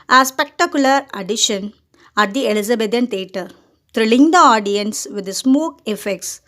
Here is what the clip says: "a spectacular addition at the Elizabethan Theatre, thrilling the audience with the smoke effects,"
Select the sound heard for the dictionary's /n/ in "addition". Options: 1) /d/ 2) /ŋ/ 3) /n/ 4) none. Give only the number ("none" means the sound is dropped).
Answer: 3